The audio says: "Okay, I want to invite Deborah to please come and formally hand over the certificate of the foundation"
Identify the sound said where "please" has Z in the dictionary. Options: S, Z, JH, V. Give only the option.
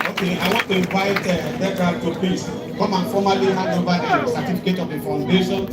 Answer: S